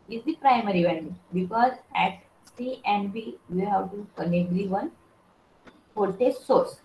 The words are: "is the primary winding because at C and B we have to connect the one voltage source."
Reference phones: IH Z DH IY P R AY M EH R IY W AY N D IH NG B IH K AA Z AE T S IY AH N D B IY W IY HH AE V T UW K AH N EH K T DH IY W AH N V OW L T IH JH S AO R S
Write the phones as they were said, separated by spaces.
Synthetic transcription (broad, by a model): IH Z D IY P R AY M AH R IY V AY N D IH B IH K AA Z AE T S IY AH N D B IY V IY HH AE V T UW K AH N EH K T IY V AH N P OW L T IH S AO R S